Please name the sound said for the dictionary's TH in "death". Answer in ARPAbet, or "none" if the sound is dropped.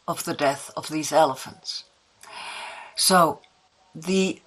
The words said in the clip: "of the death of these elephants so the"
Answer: TH